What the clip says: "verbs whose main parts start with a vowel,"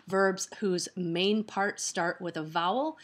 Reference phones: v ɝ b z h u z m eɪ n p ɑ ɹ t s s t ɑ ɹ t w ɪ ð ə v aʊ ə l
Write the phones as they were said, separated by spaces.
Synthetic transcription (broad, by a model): v ɝ b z h u z m eɪ n p ɑ ɹ t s s t ɑ ɹ t w ɪ ð ə v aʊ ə l